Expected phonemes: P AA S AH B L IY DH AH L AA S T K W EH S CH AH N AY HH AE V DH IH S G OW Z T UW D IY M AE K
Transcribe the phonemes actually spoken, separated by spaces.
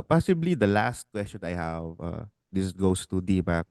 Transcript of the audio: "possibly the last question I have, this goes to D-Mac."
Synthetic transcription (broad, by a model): P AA S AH B L IY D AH L AA S T K W EH S CH AH N AY HH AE V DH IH S G OW S T UW D IY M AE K